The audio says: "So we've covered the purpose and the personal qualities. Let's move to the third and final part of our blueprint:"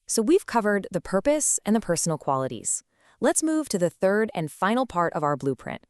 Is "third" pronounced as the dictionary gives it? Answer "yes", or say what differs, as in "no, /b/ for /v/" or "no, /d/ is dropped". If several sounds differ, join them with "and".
yes